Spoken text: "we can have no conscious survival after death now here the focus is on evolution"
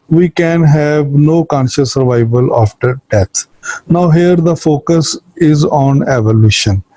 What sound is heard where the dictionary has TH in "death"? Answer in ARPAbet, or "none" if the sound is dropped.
T